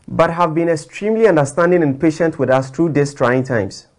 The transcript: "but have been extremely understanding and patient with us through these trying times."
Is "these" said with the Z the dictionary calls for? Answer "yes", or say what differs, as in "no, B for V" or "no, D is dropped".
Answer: no, S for Z